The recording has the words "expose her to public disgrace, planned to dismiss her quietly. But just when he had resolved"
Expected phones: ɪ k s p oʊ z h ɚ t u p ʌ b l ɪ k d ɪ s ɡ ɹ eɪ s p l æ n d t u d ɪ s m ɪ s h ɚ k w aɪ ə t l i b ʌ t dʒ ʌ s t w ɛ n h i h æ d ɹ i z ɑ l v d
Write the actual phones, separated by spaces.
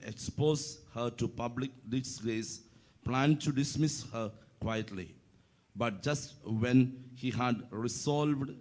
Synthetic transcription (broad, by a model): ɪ k s p oʊ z h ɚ t u p ʌ b l ɪ k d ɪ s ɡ eɪ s p l æ n d t u d ɪ s m ɪ s h ɚ k w aɪ ə t l i b ʌ t dʒ ʌ s t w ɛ n h i h æ d ɹ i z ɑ l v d